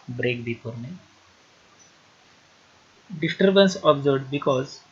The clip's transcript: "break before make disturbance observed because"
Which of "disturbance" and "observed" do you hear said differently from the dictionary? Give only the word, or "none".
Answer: observed